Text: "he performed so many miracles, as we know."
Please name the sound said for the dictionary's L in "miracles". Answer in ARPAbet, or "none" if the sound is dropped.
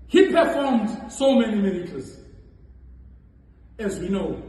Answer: none